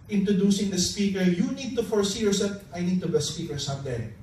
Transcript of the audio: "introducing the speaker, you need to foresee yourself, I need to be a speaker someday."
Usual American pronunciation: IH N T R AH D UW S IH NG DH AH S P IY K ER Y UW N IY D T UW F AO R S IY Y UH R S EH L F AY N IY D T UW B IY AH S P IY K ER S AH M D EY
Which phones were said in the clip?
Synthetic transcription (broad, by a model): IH N T R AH D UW S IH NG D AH S P IY K ER Y UW N IY D T UW F AO R S IY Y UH R S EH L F AY N IY D T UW B IY S P IY K ER S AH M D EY